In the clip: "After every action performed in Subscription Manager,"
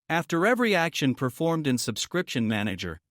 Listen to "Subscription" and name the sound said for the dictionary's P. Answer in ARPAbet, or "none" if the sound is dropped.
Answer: P